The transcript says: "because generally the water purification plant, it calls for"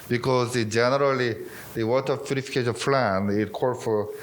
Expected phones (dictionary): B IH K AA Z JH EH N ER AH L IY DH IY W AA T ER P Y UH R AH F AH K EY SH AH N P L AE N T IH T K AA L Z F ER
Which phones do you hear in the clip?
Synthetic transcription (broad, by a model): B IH K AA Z JH EH N ER AH L IY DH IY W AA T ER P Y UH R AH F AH K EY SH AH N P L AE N IH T K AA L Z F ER